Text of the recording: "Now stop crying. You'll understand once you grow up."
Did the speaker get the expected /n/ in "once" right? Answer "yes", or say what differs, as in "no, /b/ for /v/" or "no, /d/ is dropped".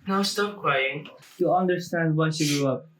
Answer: no, /n/ is dropped